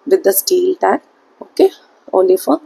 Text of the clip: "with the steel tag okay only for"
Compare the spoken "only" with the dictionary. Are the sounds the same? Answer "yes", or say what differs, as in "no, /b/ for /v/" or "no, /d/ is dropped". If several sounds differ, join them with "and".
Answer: no, /n/ is dropped